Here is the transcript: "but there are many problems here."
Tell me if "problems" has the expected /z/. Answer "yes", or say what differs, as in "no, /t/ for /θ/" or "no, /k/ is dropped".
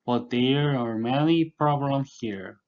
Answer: no, /z/ is dropped